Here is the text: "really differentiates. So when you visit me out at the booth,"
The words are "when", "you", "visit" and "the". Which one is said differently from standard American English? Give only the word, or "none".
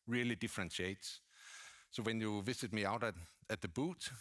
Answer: visit